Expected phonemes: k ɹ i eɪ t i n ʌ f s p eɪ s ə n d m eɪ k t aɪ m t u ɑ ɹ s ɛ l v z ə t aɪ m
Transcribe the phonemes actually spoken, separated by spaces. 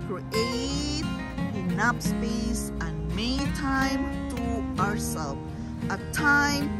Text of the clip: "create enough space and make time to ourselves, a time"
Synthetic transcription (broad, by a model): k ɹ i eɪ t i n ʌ p s p eɪ s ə n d m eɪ t aɪ m t u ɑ ɹ s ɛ l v ə t aɪ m